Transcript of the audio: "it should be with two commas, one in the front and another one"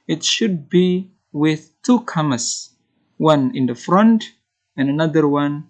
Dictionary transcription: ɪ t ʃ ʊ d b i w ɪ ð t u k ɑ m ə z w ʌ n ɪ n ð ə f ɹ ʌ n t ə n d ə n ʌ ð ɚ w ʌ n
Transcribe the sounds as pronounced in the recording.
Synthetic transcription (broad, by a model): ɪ t ʃ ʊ d b i w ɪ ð t u k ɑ m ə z w ʌ n ɪ n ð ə f ɹ ʌ n t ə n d ə n ʌ ð ɚ w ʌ n